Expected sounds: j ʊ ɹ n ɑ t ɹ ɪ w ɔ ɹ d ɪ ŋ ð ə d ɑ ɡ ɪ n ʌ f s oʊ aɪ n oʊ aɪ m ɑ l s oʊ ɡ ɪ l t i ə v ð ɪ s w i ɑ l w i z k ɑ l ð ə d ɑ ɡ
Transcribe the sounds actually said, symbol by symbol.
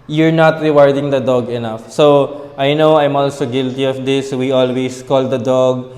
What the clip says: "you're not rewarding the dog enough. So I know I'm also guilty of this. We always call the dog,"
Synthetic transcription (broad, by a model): j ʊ ɹ n ɑ t ɹ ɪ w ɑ ɹ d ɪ ŋ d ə d ɑ ɡ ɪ n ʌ f s oʊ aɪ n oʊ aɪ m ɑ l s oʊ ɡ ɪ l t i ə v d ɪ s w i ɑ l w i s k ɑ l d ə d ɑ ɡ